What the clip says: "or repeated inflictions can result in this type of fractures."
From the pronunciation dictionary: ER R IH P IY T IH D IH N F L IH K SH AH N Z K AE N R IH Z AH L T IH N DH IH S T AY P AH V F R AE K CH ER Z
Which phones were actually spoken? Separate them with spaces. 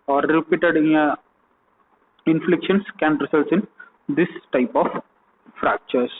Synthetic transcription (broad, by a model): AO R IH P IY T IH D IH N F L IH K SH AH N S K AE N R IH S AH L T IH N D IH S T AY P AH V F R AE K CH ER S